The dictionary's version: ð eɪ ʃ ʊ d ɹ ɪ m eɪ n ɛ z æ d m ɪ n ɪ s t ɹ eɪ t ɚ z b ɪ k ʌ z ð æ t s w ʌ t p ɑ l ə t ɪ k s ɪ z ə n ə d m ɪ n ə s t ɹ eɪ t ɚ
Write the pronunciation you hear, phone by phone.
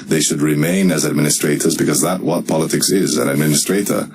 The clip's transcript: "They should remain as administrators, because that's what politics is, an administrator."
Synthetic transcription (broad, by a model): ð eɪ ʃ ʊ d ɹ ɪ m eɪ n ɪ z æ d m ɪ n ɪ s t ɹ eɪ t ɚ z b ɪ k ʌ z ð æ t w ʌ t p ɑ l ə t ɪ k s ɪ z ə n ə d m ɪ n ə s t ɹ eɪ t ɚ